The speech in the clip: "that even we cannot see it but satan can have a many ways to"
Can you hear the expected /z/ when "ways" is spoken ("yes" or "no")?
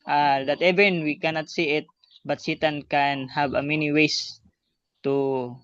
no